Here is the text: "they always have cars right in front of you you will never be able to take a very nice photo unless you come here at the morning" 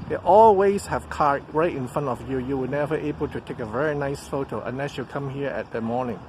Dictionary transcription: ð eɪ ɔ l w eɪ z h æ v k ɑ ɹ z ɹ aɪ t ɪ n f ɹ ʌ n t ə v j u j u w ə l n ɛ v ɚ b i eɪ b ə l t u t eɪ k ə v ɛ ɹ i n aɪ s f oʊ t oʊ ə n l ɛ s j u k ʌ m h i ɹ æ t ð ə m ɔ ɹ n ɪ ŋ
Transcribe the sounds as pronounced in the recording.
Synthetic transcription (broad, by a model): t ɔ l w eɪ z h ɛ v k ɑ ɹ ɹ aɪ t ɪ n f ɹ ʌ n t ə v j u j u w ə n ɛ v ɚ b eɪ b ə l t u t eɪ k ə v ɛ ɹ i n aɪ s f oʊ t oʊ ə n l ɛ s j u k ʌ m h i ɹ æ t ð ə m ɔ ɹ n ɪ ŋ